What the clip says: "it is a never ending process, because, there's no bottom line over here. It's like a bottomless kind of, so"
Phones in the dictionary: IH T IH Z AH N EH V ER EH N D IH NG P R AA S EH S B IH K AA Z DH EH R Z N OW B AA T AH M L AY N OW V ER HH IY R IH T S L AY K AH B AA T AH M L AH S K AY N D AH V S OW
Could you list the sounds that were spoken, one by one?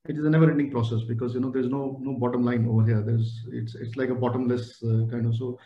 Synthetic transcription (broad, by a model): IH T IH Z AH N EH V ER EH N D IH NG P R AA S EH S B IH K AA Z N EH R Z N OW B AA T AH M L AY N OW V ER HH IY R IH T S L AY K AH B AA T AH M L AH S K AY N D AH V S OW